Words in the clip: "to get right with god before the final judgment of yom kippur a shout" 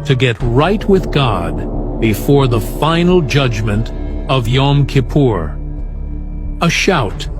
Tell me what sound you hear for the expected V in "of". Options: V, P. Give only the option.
V